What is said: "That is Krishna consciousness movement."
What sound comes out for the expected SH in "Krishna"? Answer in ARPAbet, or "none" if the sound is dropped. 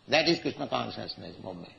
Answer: S